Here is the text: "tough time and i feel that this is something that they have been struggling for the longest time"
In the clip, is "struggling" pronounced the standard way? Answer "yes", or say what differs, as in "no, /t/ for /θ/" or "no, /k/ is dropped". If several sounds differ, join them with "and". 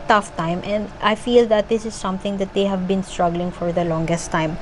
yes